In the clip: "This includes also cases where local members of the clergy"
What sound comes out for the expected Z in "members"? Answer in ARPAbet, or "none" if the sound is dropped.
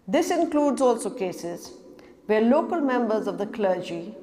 Z